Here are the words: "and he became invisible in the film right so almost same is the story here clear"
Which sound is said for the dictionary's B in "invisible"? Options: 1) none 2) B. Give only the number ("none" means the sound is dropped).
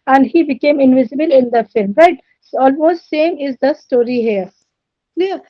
2